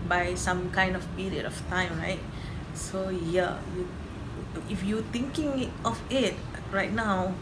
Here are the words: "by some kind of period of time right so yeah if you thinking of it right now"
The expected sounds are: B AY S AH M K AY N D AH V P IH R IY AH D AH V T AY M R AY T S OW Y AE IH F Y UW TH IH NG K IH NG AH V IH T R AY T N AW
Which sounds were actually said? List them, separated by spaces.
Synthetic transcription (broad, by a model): B AY S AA M K AY N D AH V P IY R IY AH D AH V T AY M R AY T S OW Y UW IH F Y UW T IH NG K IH NG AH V IH T R AY T N AW